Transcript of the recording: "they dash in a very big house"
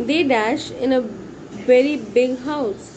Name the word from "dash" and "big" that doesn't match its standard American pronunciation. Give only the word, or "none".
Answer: none